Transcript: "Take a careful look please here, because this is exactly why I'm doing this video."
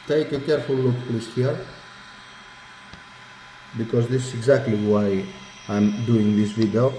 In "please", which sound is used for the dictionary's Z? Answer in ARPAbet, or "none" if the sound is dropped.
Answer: S